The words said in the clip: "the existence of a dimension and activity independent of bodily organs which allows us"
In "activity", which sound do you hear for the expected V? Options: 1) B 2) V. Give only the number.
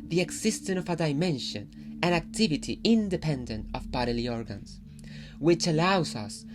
2